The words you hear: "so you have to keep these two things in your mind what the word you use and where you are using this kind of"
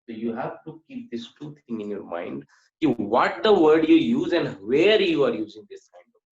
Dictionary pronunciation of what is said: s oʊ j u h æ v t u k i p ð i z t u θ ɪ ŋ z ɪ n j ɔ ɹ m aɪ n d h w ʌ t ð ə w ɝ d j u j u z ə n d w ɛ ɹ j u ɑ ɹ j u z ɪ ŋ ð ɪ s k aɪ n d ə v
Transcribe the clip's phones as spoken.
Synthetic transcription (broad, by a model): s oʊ j u h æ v t u k i p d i s t u t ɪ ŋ ɪ n j ɔ ɹ m aɪ n d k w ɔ t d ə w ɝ d j u j u z ə n d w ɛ ɹ j u ɑ ɹ j u z ɪ ŋ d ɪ s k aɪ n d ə